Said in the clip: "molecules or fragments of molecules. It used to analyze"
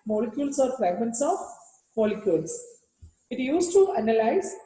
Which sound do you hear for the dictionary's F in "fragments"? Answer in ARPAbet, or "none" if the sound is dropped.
P